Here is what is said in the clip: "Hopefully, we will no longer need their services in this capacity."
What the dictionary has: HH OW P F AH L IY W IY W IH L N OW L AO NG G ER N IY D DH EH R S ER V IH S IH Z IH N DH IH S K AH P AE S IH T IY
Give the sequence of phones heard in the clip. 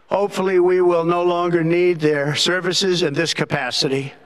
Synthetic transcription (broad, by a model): HH OW P F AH L IY W IY W IH L N OW L AO NG G ER N IY D DH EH R S ER V IH S IH Z IH N DH IH S K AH P AE S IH T IY